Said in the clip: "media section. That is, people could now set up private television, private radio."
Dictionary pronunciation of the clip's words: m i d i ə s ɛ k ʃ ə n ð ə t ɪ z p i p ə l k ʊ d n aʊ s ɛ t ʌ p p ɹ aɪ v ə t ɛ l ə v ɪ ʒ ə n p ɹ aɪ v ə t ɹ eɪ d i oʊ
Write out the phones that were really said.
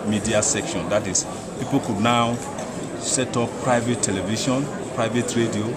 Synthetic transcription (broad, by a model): m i d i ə s ɛ k ʃ ə n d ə t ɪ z p i p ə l k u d n aʊ s ɛ t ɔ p p ɹ aɪ v ə t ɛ l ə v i ʃ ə n p ɹ aɪ v ə t ɹ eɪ d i oʊ